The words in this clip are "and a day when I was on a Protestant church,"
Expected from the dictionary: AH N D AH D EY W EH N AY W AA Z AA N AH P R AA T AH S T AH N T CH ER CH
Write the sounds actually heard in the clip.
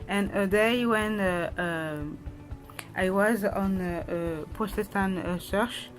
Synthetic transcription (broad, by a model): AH N AH D EY W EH N AY W AA Z AA N AH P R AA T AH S T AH N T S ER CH